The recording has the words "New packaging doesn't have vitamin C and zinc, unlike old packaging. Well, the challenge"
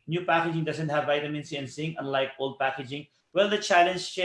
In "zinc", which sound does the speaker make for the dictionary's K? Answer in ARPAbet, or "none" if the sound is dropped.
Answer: none